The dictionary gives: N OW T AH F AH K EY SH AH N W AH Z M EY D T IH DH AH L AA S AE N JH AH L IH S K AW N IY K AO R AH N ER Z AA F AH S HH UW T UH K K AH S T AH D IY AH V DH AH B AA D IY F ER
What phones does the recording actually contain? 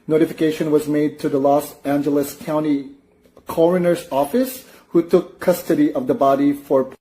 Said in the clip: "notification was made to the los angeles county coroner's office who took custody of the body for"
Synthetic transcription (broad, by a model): N OW T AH F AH K EY SH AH N W AH Z M EY D T IH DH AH L AA S AE N JH AH L IH S K AW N IY K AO R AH N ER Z AA F AH S HH UW T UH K K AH S T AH D IY AH V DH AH B AA D IY F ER